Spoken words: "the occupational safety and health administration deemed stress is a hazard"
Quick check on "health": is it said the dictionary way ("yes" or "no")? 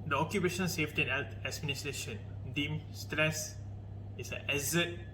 no